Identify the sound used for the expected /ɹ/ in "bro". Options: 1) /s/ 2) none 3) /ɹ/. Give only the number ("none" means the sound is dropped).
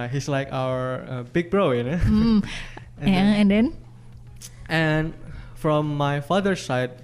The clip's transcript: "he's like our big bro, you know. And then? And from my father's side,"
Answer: 3